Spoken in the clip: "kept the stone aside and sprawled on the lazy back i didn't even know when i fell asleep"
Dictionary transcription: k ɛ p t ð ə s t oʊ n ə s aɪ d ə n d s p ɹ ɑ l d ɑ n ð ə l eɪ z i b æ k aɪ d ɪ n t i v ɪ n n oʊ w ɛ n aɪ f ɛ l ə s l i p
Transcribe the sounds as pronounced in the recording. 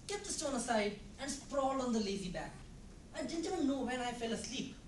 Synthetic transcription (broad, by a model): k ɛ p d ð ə s t oʊ n ə s aɪ d ə n d s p ɹ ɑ l ɑ n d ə l eɪ z i b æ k aɪ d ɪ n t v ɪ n n oʊ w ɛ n aɪ f ɛ l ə s l i p